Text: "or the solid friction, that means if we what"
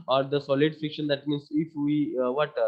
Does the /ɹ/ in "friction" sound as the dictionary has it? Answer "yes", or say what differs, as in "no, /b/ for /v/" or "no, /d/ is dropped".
no, /ɹ/ is dropped